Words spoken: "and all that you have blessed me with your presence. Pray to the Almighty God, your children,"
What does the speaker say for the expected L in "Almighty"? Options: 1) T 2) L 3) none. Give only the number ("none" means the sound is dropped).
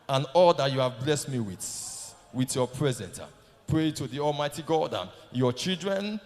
2